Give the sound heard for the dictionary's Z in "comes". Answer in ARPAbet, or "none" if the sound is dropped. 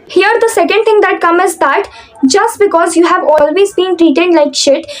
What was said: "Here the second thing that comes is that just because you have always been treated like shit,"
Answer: none